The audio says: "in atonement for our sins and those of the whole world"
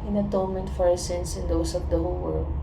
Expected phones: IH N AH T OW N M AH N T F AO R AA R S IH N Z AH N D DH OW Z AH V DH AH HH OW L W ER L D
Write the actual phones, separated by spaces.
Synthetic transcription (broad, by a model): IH N AH T OW N M AH N T F AO R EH S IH N S AH N D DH OW S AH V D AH HH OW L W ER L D